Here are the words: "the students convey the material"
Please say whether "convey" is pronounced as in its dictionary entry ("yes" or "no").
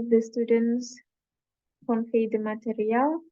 no